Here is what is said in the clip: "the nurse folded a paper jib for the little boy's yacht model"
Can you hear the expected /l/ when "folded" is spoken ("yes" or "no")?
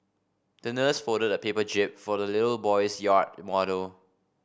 no